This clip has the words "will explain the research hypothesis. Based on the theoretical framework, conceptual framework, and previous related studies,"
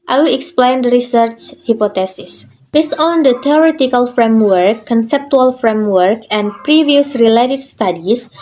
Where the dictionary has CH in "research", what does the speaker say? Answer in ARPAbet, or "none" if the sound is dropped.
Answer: CH